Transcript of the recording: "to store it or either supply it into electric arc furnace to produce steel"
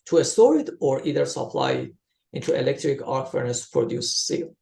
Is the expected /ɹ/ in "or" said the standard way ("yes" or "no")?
yes